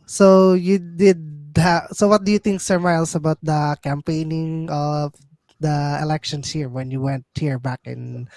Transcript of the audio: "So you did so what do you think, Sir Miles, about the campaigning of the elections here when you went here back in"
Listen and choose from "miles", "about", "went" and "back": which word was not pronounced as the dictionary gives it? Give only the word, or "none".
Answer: miles